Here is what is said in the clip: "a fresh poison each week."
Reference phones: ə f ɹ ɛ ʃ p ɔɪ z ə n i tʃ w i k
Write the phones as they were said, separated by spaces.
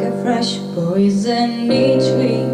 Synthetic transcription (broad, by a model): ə f ɹ ɛ ʃ b ɔɪ z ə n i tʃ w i